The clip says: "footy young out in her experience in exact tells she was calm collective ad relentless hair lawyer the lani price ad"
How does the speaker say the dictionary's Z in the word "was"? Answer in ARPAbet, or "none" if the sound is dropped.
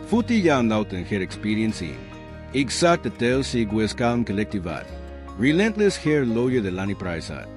S